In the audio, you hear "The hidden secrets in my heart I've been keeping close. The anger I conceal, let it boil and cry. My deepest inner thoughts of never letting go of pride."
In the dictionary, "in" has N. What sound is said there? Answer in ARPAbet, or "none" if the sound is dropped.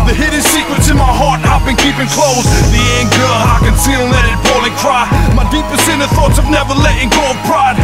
N